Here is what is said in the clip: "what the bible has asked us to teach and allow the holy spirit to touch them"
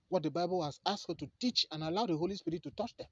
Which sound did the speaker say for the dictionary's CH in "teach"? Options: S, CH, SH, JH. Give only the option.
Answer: CH